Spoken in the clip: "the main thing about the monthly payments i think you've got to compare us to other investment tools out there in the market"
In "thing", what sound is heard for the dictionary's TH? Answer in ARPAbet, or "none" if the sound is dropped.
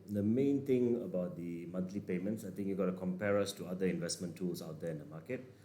T